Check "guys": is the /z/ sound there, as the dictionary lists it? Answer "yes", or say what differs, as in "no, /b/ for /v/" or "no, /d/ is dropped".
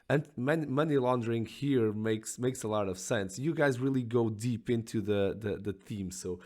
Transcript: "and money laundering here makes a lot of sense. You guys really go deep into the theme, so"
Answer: yes